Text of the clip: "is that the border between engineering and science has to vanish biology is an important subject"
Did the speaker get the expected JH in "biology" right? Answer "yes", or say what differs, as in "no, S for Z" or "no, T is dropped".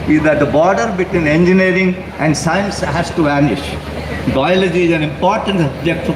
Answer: yes